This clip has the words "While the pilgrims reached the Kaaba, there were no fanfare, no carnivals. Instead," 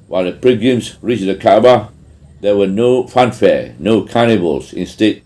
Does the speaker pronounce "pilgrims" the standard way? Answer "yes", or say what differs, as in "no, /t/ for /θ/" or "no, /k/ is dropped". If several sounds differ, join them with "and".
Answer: no, /l/ is dropped and /ɹ/ is dropped